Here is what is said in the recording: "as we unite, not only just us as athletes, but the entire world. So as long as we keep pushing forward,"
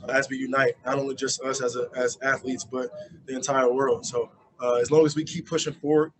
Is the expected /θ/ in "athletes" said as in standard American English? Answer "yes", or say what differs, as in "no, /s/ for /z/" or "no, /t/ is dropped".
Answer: yes